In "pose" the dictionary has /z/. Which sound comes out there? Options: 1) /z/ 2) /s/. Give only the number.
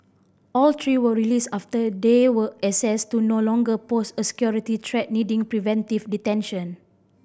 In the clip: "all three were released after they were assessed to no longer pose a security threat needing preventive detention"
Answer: 2